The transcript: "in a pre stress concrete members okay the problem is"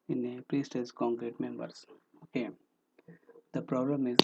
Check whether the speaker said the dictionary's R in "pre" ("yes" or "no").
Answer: yes